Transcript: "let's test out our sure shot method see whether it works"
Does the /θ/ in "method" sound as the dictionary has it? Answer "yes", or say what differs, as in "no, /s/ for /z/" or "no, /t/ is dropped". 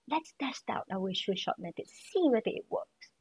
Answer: no, /t/ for /θ/